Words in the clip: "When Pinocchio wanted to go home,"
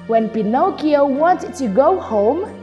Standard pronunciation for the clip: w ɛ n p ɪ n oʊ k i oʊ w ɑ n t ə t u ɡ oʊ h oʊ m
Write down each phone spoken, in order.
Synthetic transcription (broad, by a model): w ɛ n p ɪ n oʊ k i oʊ w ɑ n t t u ɡ oʊ h oʊ m